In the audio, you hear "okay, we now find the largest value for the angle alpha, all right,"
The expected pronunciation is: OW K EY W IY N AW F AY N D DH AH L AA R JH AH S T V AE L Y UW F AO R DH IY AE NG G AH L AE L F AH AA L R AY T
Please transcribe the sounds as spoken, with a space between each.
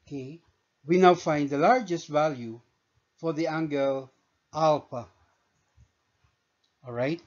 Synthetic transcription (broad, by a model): K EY W IY N AW F AY N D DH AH L AA R JH AH S T V AE L Y UW F AO R DH IY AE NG G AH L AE L P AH AA L R AY T